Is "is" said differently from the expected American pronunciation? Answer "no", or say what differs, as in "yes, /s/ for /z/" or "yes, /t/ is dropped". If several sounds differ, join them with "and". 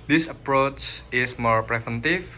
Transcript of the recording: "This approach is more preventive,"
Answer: yes, /s/ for /z/